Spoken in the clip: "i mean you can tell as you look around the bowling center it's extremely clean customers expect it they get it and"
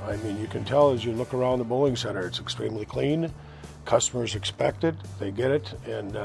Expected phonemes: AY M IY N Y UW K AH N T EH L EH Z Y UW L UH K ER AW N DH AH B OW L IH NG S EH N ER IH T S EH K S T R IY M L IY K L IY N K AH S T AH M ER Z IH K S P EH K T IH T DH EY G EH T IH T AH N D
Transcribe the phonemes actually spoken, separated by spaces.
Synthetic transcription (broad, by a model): AY M IY N Y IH K AH N T EH L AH Z Y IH L UH K ER AW N DH AH B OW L IH NG S EH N ER IH T S EH K S T R IY M L IY K L IY N K AH S T AH M ER Z IH K S P EH K T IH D DH EY G EH T IH T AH N